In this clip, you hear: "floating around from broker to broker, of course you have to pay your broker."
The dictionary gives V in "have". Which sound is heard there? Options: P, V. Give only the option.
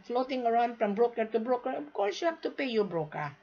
P